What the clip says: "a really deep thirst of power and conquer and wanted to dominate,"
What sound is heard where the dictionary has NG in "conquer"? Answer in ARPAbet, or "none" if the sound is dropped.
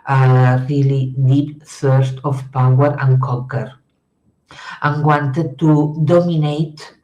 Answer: none